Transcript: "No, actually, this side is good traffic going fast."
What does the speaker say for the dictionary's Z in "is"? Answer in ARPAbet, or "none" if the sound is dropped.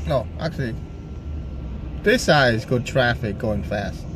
Z